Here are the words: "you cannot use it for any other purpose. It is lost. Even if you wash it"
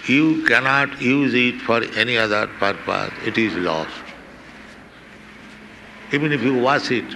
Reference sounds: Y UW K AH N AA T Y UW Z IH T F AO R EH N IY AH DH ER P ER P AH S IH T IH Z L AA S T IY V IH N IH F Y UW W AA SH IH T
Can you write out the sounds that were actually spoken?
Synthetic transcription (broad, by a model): Y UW K AH N AA T Y UW Z IH T F AO R EH N IY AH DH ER P ER P AH S IH T IH Z L AA S T IY V IH N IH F Y UW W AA S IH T